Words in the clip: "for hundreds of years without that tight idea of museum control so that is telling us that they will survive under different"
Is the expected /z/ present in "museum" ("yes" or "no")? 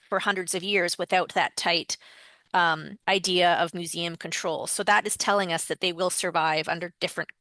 yes